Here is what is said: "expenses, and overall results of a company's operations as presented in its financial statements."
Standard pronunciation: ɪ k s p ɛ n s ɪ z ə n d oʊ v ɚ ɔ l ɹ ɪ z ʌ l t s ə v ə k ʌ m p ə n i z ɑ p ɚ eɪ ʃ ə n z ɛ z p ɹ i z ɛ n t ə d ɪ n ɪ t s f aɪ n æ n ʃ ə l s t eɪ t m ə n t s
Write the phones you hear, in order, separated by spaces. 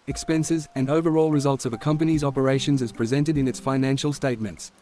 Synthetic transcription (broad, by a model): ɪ k s p ɛ n s ɪ z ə n oʊ v ɚ ɔ l ɹ ɪ z ʌ l t s ə v ə k ʌ m p ə n i z ɑ p ɚ eɪ ʃ ə n z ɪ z p ɹ i z ɛ n t ə d ɪ n ɪ t s f aɪ n æ n ʃ ə l s t eɪ t m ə n t s